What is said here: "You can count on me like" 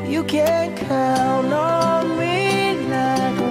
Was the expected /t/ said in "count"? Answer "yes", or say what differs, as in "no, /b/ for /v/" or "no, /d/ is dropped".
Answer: no, /t/ is dropped